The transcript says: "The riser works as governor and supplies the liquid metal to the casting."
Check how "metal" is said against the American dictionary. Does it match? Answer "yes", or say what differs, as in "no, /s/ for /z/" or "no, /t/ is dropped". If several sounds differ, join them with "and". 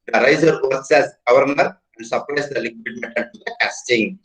no, /n/ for /l/